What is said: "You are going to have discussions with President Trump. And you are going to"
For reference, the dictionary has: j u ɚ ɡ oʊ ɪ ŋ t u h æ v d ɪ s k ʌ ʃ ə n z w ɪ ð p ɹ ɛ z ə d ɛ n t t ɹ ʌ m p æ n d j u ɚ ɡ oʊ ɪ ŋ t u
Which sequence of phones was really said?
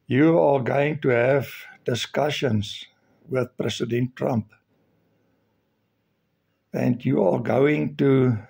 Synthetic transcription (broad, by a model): j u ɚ ɡ oʊ ɪ ŋ t u h æ v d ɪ s k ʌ ʃ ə n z w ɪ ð p ɹ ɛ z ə d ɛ n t t ɹ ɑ m p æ n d j u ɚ ɡ oʊ ɪ ŋ t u